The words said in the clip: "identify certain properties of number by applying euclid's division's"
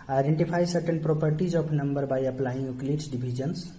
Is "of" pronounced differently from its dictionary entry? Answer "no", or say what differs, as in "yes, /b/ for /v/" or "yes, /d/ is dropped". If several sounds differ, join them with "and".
yes, /p/ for /v/